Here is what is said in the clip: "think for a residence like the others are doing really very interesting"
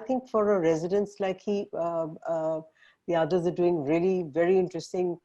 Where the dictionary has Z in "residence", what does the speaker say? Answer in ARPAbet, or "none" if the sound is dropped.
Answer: Z